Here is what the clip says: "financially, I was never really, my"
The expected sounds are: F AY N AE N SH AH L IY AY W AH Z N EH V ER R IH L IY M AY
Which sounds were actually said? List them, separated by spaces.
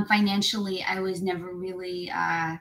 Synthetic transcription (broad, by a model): F AY N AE N SH L IY AY W AH Z N EH V ER R IH L IY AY